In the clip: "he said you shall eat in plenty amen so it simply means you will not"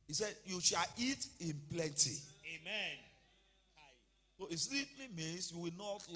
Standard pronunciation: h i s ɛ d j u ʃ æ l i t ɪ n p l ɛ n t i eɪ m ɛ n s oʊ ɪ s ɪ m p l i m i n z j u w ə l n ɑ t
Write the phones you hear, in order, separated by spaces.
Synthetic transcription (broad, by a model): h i s ɛ d j u ʃ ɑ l i t ɪ n p l ɛ n t i eɪ m ɛ n s oʊ ɪ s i p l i m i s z j u w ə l n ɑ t